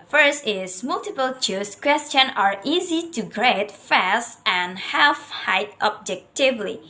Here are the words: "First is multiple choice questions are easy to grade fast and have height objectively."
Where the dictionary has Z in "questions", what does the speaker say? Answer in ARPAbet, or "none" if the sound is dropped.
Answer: none